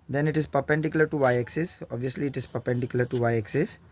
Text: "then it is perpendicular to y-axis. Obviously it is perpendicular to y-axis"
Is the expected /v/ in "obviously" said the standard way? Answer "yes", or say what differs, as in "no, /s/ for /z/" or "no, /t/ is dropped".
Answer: yes